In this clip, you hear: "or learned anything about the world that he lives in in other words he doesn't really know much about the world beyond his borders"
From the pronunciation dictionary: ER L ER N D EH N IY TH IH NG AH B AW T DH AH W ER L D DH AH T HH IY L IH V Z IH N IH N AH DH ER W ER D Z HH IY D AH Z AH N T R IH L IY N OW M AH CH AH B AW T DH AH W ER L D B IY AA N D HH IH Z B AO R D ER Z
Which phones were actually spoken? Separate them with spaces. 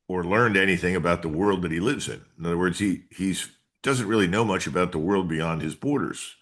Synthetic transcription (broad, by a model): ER L ER N D EH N IY TH IH NG AH B AW T DH AH W ER L D DH AH T HH IY L IH V Z IH N IH N AH DH ER W ER D Z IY IY D AH Z AH N T R IH L IY N OW M AH CH AH B AW T DH AH W ER L D B IY AA N D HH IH Z B AO R D ER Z